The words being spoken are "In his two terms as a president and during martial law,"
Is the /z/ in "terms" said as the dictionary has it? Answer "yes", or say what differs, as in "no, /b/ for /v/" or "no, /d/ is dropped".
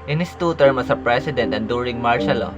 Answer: no, /z/ is dropped